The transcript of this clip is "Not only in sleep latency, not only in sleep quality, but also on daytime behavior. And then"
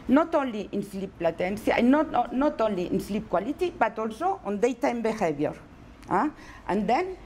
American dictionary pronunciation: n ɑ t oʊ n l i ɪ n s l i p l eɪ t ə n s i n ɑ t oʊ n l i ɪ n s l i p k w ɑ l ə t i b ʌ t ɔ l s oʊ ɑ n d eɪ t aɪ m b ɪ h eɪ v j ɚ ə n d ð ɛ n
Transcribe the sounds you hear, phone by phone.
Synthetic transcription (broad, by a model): n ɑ t oʊ n l i ɪ n s l i p l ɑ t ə n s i n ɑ t oʊ n l i ɪ n s l i p k w ɑ l ə t i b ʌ t ɔ l s oʊ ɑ n d eɪ t aɪ m b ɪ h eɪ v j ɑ ə n d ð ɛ n